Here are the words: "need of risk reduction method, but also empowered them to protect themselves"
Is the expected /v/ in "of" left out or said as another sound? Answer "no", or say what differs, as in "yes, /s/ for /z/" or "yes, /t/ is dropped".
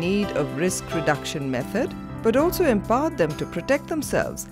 no